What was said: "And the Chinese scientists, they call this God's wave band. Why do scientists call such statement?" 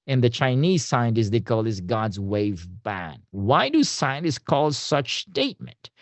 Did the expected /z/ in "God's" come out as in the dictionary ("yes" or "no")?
yes